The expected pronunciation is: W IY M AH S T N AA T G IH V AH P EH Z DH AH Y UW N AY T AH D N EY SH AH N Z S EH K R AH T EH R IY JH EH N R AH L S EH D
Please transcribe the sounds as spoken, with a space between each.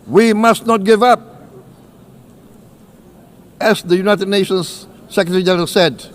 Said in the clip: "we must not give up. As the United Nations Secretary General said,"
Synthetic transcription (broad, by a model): W IY M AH S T N AA T G IH V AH P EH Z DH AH Y UW N AY T AH D N EY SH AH N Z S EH K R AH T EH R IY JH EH R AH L S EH D